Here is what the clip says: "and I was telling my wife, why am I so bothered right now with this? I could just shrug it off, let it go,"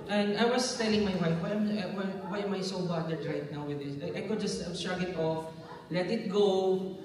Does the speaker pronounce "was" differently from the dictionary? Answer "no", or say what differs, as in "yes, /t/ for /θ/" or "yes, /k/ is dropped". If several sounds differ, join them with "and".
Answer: yes, /s/ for /z/